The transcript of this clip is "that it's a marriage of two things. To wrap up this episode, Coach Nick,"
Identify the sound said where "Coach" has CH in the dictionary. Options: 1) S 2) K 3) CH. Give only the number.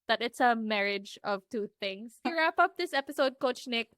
3